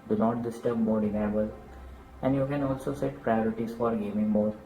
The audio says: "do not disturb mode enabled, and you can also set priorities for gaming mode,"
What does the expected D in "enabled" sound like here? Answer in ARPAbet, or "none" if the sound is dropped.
none